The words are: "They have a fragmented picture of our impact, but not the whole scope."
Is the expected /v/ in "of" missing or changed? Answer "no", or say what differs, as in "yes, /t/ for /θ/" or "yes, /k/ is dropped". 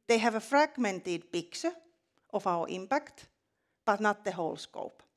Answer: yes, /f/ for /v/